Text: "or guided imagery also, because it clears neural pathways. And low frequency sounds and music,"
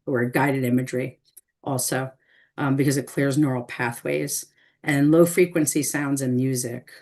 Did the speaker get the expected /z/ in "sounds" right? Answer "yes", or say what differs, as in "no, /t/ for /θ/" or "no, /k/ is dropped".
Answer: yes